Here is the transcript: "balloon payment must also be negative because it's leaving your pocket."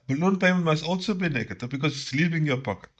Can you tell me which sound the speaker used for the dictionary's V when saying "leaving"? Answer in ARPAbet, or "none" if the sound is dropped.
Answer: P